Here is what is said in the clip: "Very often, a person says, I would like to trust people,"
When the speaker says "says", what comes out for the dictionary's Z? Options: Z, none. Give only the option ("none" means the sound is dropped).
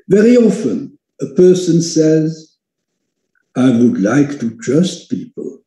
Z